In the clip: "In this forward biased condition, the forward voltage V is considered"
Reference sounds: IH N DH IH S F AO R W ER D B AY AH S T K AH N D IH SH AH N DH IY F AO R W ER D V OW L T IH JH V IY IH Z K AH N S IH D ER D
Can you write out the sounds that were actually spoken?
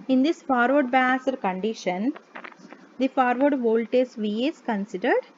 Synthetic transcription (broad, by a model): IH N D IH S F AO R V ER D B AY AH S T K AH N D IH SH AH N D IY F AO R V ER D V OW L T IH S V IY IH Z K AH N S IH D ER D